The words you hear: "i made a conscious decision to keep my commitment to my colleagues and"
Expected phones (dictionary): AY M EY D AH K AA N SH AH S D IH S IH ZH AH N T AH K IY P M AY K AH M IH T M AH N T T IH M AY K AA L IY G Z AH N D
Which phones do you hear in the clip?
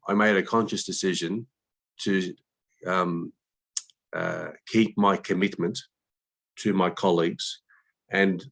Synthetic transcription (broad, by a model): AY M EY D AH K AA N SH AH S D IH S IH ZH AH N T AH K IY P M AY K AH M IH T M AH N T T IH M AY K AA L IY G Z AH N